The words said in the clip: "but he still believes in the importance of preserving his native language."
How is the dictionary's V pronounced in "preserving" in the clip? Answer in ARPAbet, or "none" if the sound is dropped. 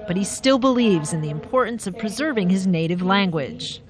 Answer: V